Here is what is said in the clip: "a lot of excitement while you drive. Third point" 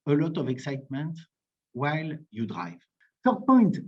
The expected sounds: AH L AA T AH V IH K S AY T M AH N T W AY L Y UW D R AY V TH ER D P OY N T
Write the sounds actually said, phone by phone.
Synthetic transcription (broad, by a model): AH L AA T AH V IH K S AY T M AH N T W AY L Y UW D R AY V S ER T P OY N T